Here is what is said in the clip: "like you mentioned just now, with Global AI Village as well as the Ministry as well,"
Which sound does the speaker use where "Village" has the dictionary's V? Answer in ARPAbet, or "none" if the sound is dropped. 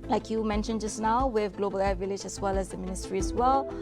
V